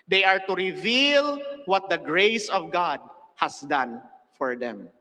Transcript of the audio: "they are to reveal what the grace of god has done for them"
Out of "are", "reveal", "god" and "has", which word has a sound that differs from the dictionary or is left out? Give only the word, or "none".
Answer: has